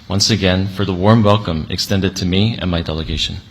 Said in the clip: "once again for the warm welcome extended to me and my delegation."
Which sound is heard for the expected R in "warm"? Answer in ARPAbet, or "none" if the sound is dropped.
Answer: R